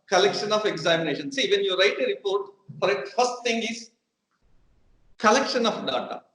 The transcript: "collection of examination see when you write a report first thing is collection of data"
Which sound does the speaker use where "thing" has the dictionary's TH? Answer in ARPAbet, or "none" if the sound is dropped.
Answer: T